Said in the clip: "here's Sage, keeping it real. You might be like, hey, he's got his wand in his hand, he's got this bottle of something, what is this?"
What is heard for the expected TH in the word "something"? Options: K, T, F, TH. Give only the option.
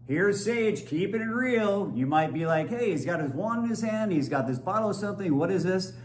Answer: TH